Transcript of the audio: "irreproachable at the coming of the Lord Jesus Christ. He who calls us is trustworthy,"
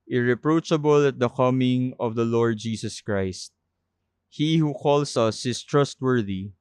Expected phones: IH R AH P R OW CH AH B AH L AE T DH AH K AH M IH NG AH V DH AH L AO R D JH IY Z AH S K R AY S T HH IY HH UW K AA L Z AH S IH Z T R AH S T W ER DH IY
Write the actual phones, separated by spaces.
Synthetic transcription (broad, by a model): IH R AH P R OW CH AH B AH L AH T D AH K AH M IH NG AH V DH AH L AO R D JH IY S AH S K R AY S T HH IY HH UW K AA L S AH S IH S T R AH S T W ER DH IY